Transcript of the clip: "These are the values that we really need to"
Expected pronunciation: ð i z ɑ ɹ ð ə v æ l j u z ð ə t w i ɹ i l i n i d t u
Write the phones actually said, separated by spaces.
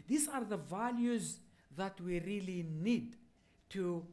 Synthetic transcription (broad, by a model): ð i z ɑ ɹ ð ə v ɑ l j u z ð ə t w i ɹ i l i n i d t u